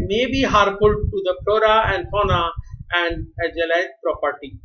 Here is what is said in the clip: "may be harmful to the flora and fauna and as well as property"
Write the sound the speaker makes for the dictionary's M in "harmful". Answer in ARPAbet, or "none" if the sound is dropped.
none